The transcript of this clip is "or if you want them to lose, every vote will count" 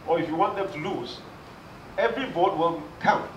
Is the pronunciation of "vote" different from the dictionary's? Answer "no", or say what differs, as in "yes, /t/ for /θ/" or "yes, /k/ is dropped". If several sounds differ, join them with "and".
yes, /b/ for /v/